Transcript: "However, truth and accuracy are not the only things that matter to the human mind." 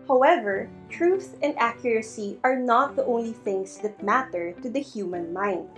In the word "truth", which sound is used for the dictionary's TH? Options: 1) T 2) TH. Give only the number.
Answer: 2